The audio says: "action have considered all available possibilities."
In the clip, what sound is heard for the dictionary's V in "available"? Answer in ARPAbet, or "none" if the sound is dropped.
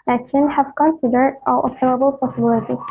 none